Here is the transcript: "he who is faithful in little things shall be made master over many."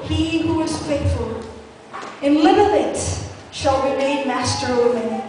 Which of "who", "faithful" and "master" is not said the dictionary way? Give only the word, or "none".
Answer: faithful